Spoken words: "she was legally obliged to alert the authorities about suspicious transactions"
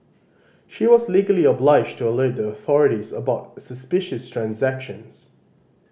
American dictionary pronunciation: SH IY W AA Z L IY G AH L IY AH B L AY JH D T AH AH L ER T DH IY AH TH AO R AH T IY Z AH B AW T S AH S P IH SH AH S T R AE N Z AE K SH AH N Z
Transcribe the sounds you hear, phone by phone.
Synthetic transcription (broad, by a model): SH IY W AA Z L IY G AH L IY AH B L AY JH T AH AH L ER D DH IY AH TH AO R AH T IY Z AH B AW T S AH S P IH SH AH S T R AE N Z AE K SH AH N Z